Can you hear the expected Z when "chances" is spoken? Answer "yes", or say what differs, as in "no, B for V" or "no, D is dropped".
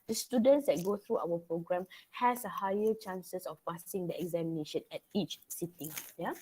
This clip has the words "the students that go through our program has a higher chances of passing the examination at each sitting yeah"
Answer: no, S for Z